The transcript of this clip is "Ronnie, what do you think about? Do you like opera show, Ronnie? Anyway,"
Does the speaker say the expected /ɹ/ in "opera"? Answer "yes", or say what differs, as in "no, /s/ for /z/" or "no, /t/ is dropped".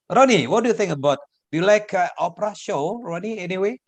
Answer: yes